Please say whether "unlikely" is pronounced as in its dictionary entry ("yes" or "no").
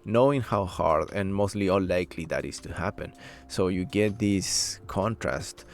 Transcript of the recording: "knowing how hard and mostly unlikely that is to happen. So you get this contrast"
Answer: no